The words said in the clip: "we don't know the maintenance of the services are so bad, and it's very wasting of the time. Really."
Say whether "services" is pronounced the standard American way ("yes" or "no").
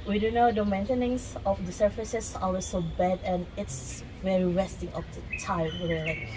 no